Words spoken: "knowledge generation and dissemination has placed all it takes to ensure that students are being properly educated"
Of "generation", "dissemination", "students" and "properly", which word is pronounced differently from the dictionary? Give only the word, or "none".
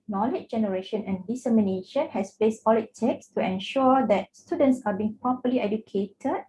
properly